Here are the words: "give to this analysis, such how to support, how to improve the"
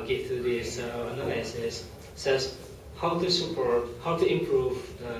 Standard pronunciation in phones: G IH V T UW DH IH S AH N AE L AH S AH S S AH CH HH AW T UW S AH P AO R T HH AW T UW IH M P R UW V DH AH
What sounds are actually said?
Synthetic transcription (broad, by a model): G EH T UW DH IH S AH N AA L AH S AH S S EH S HH AW T UW S AH P AO R T HH AW T UW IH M P R UW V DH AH